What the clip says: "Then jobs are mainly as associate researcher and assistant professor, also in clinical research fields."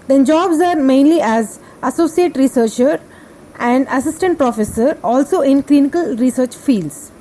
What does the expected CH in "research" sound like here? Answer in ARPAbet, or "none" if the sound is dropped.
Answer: CH